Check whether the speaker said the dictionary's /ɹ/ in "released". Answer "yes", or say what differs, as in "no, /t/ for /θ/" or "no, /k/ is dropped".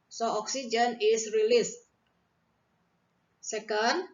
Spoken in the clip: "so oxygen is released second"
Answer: yes